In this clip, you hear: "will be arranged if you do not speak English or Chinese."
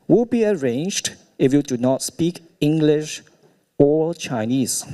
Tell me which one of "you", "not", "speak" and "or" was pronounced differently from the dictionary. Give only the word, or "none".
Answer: or